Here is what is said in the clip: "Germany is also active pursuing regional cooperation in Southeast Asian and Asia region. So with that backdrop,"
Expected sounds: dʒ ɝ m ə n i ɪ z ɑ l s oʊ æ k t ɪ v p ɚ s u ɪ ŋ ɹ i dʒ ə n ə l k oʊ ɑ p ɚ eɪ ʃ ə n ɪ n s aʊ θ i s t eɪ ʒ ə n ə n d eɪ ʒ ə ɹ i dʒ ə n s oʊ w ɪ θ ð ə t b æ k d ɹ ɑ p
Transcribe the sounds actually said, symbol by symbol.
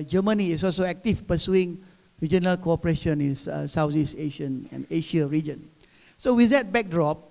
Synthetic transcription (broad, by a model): dʒ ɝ m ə n i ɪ s ɑ l s oʊ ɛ k t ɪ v p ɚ s u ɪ ŋ ɹ i dʒ ə n ə l k oʊ ɑ p ɚ eɪ ʃ ə n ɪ n s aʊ s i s eɪ ʃ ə n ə n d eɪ ʃ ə ɹ i dʒ ə n s oʊ w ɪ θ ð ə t b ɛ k d ɹ ɑ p